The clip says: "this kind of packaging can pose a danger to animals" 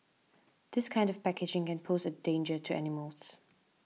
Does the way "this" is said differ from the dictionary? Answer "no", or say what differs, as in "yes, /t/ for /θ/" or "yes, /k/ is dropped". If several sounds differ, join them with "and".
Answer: no